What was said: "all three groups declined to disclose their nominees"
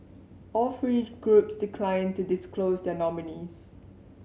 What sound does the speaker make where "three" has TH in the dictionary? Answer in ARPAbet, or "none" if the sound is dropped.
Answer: F